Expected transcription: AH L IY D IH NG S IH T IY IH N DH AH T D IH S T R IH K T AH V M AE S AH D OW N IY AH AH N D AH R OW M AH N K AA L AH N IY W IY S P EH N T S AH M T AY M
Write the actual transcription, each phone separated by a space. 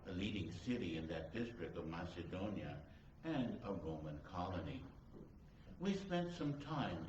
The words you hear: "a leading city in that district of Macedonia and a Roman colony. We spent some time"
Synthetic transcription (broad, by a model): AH L IY D IH NG S IH T IY IH N DH AH T D IH S T R IH K T AH V M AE S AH D OW N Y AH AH N AH R OW M AH N K AA L AH N IY W IY S P EH N T S AH M T AY M